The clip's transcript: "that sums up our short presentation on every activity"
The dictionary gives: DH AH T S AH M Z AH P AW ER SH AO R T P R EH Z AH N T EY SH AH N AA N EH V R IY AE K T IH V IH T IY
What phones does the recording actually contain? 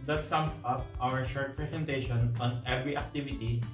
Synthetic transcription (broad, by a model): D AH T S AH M S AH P AW ER SH AO R T P R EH S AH N T EY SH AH N AA N EH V R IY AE K T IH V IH T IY